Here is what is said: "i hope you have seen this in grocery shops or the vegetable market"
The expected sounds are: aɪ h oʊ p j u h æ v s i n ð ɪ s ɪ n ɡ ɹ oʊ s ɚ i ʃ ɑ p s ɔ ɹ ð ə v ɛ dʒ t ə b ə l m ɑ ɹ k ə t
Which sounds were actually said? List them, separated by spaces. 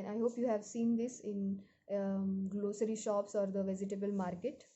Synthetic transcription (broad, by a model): aɪ h oʊ p j u h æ v s i n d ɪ s ɪ n ɡ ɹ oʊ s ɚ i ʃ ɑ p s ɔ ɹ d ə v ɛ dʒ t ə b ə l m ɑ ɹ k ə t